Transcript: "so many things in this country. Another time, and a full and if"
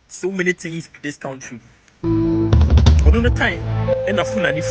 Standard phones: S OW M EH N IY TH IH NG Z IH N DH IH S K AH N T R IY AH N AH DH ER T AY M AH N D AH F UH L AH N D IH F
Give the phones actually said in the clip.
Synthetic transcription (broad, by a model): S OW M EH N IY T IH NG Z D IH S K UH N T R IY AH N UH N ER T AY M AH N AH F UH N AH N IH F